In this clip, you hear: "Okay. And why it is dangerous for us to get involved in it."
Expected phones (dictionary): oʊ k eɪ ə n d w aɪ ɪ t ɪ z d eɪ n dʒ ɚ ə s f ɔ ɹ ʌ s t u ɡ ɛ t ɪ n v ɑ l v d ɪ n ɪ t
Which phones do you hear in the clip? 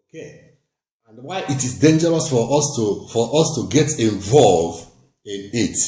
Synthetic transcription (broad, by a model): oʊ k eɪ ə n d w aɪ ɪ t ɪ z d eɪ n dʒ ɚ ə s f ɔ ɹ ʌ s t u ɡ ɛ t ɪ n v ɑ l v ɪ n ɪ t